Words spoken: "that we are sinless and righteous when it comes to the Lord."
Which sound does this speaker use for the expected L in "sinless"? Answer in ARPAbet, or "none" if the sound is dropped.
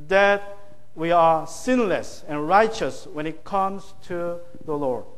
L